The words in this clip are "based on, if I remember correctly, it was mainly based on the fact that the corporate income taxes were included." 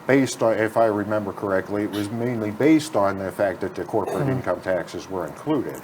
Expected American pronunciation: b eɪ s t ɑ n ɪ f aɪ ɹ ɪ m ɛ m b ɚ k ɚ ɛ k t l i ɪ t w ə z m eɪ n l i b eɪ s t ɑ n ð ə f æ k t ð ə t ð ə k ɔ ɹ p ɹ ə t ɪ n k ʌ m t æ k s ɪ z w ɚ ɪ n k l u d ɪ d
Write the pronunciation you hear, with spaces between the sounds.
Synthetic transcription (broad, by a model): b eɪ s t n ɪ f aɪ ɹ ɪ m ɛ m b ɚ k ɚ ɛ k t l i ɪ t w ə z m eɪ n l i b eɪ s t n ð ə f æ k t ð ə t ð ə k ɔ ɹ p ɹ ə t ɪ n k ʌ m t æ k s ɪ z w ɚ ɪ n k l u d ɪ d